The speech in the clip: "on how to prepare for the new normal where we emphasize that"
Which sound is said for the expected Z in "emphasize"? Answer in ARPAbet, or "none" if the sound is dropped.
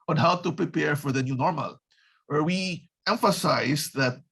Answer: S